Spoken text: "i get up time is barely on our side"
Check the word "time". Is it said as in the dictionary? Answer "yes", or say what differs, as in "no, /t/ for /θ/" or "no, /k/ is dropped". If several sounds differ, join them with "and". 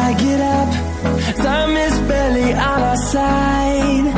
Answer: no, /s/ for /t/